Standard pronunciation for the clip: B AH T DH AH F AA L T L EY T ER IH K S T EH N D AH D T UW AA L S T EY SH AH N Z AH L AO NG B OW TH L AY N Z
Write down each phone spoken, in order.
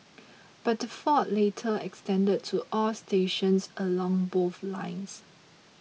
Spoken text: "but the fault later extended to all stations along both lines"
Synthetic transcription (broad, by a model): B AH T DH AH F AA T L EY T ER IH K S T EH N D AH D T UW AA L S T EY SH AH N S AH L AO NG B OW TH L AY N S